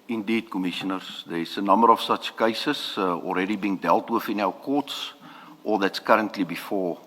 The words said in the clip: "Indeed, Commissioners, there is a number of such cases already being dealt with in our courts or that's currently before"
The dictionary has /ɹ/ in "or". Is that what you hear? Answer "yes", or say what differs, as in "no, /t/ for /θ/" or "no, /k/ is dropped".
no, /l/ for /ɹ/